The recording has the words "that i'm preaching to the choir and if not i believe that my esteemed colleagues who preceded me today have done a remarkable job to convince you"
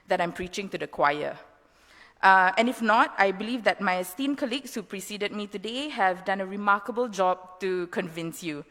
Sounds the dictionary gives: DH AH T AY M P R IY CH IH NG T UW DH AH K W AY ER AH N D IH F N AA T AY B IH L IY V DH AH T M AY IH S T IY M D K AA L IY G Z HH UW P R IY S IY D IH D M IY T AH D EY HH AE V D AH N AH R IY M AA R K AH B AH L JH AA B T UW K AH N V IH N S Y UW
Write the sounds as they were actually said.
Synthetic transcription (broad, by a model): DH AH T AY M P R IY CH IH NG T UW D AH K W AY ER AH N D IH F N AA T AY B IH L IY V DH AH T M AY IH S T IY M K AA L IY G S HH UW P R IY S IY D IH D M IY T AH D EY HH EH V D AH N AH R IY M AA K AH B AH L JH AA B T UW K AH N V IH N S Y UW